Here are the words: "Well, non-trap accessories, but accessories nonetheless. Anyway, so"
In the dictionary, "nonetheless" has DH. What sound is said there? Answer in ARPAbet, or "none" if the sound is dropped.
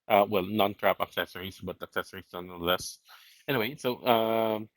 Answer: none